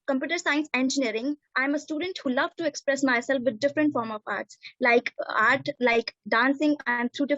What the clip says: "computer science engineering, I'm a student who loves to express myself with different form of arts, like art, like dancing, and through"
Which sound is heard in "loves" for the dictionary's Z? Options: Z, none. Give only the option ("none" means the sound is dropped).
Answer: none